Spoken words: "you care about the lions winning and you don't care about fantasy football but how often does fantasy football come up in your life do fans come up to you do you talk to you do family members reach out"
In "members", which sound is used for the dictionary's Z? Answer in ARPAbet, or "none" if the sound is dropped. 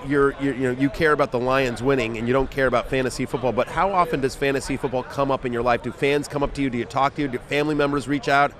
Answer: Z